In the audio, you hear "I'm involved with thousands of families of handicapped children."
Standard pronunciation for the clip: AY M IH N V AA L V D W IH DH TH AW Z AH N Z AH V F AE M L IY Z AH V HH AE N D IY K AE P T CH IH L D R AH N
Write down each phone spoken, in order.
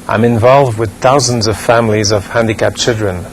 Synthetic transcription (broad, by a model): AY M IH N V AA L V D W IH DH TH AW Z AH N Z AH V F AE M L IY Z AH V HH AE N D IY K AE P CH IH L D R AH N